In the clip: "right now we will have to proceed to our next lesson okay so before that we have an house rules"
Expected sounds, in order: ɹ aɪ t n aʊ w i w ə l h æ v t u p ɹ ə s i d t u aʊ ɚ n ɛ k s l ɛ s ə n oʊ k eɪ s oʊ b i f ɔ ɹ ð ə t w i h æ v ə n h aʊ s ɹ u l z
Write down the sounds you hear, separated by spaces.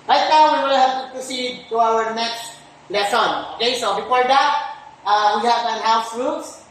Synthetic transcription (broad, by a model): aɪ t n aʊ w i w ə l h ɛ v t u p ɹ ə s i d t u aʊ ɚ n ɛ k s l ɛ s ə n oʊ k eɪ s oʊ b i f ɔ ɹ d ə t w i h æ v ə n h aʊ s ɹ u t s